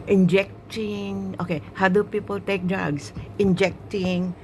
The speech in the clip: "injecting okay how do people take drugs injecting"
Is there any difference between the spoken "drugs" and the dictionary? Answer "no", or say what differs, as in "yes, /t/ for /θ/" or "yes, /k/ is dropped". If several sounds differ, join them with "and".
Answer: yes, /s/ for /z/